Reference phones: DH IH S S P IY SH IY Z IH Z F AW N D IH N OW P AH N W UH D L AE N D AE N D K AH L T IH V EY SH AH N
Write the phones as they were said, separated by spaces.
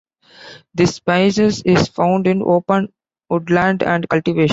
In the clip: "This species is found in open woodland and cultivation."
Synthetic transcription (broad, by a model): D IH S S P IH S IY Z IH Z F AW N D IH N OW P AH N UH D L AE N D AE N D K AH L T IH V EY SH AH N